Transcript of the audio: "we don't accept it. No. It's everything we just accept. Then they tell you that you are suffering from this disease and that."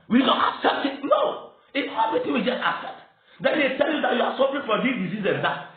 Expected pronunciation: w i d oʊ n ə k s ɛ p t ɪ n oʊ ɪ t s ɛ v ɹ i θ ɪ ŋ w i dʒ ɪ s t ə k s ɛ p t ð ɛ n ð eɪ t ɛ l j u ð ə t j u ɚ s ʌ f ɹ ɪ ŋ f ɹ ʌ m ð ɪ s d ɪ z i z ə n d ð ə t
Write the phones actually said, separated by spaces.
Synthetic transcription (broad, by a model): w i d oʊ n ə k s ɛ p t ɪ n oʊ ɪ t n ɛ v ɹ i t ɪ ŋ w i dʒ ɪ s t ə k s ɛ p t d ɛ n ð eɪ t ɛ l j u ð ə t j u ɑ s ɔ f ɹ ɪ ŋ f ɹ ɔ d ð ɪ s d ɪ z i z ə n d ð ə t